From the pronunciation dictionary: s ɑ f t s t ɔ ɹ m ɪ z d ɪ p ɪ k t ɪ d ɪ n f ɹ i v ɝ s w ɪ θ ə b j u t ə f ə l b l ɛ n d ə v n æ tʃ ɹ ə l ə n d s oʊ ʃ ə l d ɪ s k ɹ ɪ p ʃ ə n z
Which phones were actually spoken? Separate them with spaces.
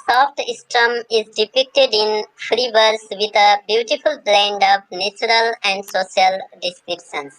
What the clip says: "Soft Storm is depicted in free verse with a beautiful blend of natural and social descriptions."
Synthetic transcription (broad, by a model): s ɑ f t s t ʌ m ɪ z d ɪ p ɪ k t ɪ d ɪ n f ɹ i v ɝ s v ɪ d ə b j u t ə f ə l b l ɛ n d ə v n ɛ tʃ ɹ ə l ə n d s oʊ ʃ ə l d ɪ s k ɹ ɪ p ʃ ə n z